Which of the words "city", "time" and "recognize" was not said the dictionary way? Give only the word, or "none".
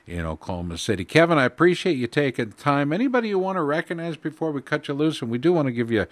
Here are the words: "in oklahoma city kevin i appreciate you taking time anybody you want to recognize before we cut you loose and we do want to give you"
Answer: none